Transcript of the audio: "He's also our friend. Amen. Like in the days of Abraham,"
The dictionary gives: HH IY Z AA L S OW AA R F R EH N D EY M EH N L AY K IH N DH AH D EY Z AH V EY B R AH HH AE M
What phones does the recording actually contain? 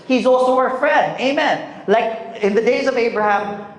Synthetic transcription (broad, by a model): HH IY Z AA L S OW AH R F R EH N D EY M EH N L AY K IH N DH AH D EY Z AH V EY B R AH HH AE M